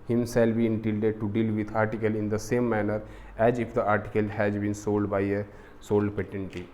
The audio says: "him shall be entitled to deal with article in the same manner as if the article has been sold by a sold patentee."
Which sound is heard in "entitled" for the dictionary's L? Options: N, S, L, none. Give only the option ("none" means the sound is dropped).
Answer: none